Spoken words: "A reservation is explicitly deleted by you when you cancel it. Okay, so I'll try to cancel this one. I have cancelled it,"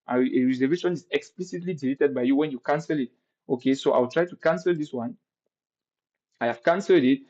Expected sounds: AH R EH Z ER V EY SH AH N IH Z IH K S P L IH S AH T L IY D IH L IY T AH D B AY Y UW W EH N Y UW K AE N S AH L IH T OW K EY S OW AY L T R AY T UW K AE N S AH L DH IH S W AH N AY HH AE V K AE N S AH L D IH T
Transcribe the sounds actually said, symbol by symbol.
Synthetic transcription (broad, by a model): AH R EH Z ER V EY SH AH N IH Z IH K S P L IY S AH T L IY D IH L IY T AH D B AY Y UW W EH N Y UW K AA N S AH L IH T OW K EY S OW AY W T R AY T UW K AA N S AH L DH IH S W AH N AY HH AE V K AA N S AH L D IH T